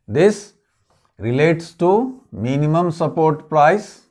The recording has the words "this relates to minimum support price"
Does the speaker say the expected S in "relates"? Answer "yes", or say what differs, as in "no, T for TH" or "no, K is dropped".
yes